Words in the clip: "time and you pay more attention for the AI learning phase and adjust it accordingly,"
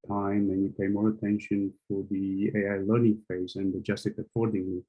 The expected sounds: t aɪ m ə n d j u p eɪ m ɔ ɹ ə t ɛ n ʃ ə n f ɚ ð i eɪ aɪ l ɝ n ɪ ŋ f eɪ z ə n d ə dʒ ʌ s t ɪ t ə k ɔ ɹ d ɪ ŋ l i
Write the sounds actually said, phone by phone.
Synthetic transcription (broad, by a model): t aɪ m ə n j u p eɪ m ɔ ɹ ə t ɛ n ʃ ə n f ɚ ð i eɪ aɪ l ɝ n ɪ ŋ f eɪ z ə n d ə dʒ ʌ s t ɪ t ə k ɔ ɹ d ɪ ŋ l i